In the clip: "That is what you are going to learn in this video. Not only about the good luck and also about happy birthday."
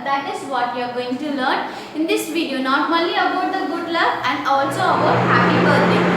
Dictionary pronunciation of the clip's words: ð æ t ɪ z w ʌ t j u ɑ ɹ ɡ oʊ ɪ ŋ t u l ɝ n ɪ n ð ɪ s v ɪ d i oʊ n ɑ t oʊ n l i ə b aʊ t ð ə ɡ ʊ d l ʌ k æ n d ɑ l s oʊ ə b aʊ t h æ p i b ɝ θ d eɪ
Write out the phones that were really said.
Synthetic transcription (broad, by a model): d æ t ɪ z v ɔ t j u ɑ ɹ ɡ oʊ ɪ ŋ t u l ɝ n ɪ n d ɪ s v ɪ d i oʊ n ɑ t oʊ l i ə b aʊ t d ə ɡ ʊ d l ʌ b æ n d ɑ l s oʊ ə b aʊ t h æ p i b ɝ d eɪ